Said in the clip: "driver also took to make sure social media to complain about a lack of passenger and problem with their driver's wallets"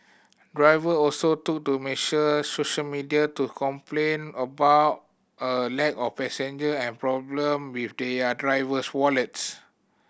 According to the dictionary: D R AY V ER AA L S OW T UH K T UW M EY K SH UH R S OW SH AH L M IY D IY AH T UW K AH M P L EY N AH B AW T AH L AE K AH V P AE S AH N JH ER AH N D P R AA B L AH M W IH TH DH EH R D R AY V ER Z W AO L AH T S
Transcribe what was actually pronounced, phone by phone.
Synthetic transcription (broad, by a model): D R AY V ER AA L S OW T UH K T UW M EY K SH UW S OW SH AH L M IY D IY AH T UW K AH M P L EY N AH B AW T AH L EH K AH F P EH S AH N JH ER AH N P R AA B L AH M W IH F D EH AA D R AY V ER S W AO L AH T S